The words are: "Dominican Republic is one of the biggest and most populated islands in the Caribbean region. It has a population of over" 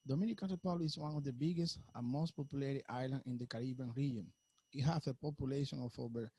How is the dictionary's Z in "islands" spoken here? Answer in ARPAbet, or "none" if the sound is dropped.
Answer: none